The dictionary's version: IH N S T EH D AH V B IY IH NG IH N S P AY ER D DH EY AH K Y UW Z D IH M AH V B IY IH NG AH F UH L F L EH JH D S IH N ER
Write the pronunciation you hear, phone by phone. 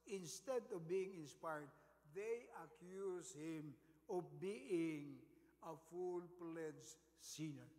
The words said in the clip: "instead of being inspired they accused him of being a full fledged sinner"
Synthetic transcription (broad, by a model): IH N S T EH D AH V B IY IH NG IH N S P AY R D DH EY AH K Y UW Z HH IH M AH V B IY IH NG AH F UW L P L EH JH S S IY N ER